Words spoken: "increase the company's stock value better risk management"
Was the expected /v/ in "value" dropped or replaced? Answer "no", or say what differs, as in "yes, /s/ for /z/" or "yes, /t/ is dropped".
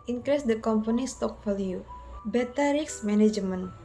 yes, /f/ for /v/